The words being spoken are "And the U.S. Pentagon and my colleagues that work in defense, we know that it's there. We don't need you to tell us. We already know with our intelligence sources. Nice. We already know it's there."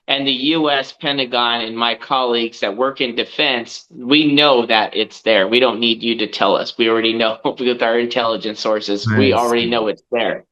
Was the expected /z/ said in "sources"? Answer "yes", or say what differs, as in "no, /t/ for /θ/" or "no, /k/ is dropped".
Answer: yes